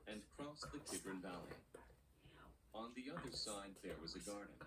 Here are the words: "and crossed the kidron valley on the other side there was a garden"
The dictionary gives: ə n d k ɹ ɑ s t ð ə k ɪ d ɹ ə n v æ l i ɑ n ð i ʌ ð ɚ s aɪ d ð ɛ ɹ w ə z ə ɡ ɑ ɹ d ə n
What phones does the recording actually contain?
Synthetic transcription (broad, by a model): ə n k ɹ ɑ s ð ə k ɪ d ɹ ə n v æ l i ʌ n ð i ʌ ð ɚ s aɪ d ð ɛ ɹ w ə z ə ɡ ɑ ɹ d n